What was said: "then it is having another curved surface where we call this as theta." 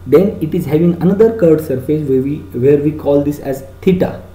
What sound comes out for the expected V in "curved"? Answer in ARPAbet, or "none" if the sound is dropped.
none